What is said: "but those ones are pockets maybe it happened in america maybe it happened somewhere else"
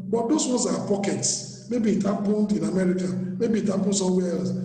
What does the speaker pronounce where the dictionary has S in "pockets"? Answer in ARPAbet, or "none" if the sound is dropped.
S